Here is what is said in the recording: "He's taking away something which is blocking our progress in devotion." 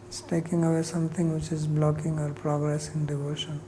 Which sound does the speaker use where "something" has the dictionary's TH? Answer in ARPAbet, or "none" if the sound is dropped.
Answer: T